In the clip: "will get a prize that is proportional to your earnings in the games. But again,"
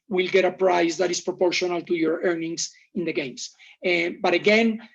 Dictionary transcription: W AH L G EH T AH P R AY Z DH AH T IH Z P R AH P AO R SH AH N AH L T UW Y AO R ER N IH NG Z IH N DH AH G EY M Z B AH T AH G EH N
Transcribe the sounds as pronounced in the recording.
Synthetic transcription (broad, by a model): W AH L G EH T AH P R AY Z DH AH T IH S P R AH P AO R SH AH N AH L T UW Y AO R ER N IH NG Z IH N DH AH G EY M S B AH T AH G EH N